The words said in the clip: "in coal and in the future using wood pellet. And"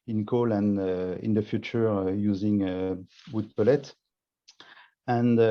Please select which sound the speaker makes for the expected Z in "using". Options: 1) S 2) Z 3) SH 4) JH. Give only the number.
2